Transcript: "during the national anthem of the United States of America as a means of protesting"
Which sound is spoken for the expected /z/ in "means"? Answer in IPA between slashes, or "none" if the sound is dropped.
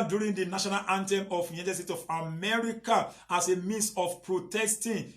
/s/